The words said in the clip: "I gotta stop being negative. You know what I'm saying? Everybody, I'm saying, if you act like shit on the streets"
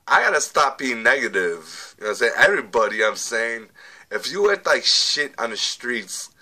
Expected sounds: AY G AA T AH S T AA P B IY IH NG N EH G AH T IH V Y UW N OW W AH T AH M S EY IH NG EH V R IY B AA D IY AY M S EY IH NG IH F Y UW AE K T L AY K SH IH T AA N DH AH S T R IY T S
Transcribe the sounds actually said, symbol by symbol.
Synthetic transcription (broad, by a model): AY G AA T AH S T AA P B IY IH NG N EH G AH T IH V Y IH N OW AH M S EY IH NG EH V R IY B AA D IY AY M S EY IH NG IH F Y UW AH T L AY K SH IH T N DH AH S T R IY T S